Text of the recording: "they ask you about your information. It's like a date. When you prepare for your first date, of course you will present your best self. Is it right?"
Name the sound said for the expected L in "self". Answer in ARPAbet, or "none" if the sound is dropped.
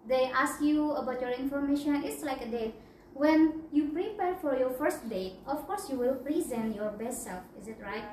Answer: L